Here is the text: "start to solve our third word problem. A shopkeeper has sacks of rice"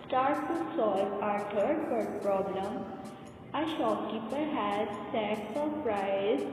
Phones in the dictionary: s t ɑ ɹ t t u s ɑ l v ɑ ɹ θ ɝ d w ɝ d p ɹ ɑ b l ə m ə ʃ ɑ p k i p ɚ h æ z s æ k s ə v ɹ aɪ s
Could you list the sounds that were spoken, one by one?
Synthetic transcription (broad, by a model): s t ɑ ɹ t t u s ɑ l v ɑ ɹ t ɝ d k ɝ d p ɹ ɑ b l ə m ə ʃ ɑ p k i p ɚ h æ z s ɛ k s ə p ɹ aɪ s